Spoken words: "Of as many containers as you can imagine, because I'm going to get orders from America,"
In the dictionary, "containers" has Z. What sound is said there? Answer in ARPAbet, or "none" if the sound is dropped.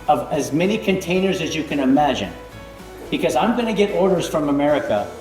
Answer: Z